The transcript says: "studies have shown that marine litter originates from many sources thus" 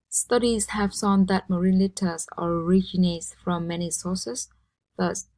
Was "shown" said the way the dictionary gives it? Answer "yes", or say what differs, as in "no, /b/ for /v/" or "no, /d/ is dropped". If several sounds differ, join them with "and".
no, /s/ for /ʃ/